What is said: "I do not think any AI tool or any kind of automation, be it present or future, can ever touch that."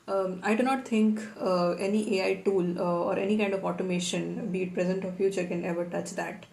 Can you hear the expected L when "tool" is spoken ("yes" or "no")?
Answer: yes